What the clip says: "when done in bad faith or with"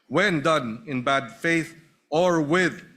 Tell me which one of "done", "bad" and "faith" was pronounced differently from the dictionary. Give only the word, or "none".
none